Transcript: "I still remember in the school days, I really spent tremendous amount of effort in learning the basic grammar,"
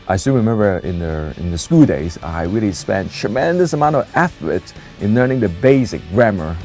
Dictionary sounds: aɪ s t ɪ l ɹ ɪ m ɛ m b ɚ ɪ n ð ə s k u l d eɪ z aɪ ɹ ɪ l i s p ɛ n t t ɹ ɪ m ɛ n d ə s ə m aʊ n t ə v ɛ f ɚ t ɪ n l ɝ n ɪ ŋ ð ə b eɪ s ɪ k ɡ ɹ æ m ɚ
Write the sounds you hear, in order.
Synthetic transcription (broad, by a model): aɪ s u n ɹ ɪ m ɛ m b ɚ ɪ n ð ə s k u l d eɪ z aɪ ɹ ɪ l i s p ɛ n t t ɹ ɪ m ɛ n d ə s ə m aʊ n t ə v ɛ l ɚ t ɪ n l ɝ n ɪ ŋ ð ə b eɪ s ɪ k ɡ ɹ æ m ɚ